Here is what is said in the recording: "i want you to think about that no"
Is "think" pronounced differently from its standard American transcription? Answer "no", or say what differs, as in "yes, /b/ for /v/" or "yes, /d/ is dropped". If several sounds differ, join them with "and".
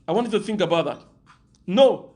no